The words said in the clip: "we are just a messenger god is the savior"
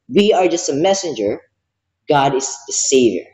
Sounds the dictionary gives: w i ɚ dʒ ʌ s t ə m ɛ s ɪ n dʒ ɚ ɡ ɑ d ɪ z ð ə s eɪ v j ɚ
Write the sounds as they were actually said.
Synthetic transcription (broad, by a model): w i ɚ dʒ ʌ s t ə m ɛ s ɪ n dʒ ɚ ɡ ɑ d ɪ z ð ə s eɪ v j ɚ